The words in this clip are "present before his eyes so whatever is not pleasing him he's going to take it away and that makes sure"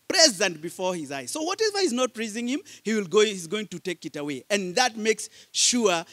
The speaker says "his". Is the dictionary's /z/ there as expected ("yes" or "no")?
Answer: yes